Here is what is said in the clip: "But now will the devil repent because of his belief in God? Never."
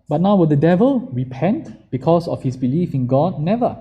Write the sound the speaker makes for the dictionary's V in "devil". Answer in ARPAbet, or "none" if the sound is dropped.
V